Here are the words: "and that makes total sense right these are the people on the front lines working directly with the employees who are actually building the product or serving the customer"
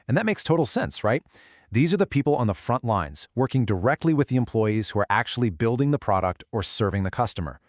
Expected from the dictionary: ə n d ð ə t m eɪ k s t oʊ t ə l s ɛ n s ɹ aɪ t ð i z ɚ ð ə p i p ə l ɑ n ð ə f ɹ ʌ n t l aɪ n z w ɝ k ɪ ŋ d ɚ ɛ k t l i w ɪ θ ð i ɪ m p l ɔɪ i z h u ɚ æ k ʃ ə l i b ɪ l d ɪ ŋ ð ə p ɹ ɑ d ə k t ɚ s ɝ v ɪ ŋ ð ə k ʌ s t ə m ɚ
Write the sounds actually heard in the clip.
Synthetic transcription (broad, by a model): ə n ð ə t m eɪ k s t oʊ t l s ɛ n s ɹ aɪ t ð i z ɚ ð ə p i p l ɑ n ð ə f ɹ ʌ n t l aɪ n z w ɝ k ɪ ŋ d ɚ ɛ k t l i w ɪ ð i ɪ m p l ɔɪ i z h u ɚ æ k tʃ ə l i b ɪ l d ɪ ŋ ð ə p ɹ ɑ d ə k t ɚ s ɝ v ɪ ŋ ð ə k ʌ s t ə m ɚ